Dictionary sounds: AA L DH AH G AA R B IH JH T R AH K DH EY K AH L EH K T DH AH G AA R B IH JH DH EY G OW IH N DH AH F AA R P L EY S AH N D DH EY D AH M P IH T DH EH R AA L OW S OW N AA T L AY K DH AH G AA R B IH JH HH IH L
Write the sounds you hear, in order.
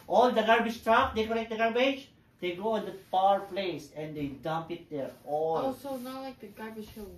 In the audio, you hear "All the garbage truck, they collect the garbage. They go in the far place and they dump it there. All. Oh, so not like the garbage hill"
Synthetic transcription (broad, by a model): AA L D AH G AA R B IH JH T R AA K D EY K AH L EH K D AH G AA R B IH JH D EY G OW IH N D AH P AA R P L EY S AH N D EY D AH M P IH T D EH R AA L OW S OW N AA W L AY K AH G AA R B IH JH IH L